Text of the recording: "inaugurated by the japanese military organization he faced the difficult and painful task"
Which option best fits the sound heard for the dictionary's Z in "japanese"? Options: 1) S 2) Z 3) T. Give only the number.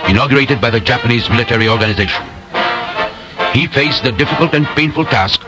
2